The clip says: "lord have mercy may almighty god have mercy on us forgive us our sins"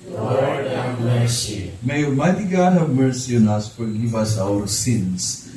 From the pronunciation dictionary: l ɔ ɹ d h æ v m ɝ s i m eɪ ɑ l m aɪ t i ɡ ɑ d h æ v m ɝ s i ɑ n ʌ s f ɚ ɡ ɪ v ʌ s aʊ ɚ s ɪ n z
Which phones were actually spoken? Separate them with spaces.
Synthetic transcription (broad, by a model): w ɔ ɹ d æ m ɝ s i m eɪ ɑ m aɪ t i ɡ ɑ d h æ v m ɝ s i ɑ n ʌ s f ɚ ɡ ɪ v ʌ s aʊ ɚ s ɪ n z